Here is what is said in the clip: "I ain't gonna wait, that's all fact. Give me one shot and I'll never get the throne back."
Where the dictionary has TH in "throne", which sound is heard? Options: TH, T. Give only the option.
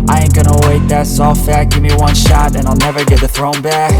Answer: TH